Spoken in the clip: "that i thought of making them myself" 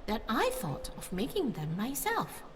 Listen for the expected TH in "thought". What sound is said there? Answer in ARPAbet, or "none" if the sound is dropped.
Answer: TH